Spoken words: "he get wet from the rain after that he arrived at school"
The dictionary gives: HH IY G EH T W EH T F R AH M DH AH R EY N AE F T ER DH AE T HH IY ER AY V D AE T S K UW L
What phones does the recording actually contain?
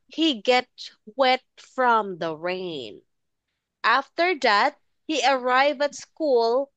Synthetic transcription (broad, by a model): HH IY G EH T W EH T F R AH M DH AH R EY N AE F T ER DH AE T HH IY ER AY V AE T S K UW L